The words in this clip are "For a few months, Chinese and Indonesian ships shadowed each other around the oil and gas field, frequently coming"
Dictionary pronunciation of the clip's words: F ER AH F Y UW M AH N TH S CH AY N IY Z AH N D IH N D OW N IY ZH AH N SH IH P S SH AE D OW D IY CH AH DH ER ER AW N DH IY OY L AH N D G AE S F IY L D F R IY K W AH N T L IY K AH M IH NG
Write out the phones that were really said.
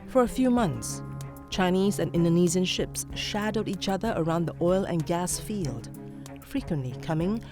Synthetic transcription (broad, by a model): F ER AH F Y UW M AH N TH S CH AY N IY Z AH N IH N D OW N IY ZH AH N SH IH P S SH AE D OW D IY CH AH DH ER ER AW N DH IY OY L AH N G AE S F IY L D F R IY K W AH N T L IY K AH M IH NG